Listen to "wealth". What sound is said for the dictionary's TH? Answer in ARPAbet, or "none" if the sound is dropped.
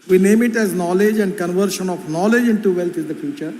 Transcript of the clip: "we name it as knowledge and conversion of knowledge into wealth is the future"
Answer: T